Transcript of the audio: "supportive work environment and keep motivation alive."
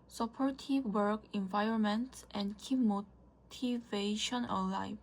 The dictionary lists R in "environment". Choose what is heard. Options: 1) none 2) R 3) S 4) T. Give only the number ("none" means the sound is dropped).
2